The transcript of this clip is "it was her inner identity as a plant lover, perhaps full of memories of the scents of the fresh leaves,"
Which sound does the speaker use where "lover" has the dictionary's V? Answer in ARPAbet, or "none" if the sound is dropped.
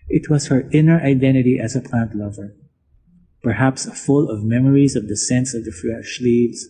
V